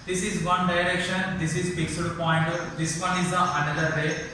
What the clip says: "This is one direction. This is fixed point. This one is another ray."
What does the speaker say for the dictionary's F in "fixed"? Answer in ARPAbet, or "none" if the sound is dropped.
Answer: P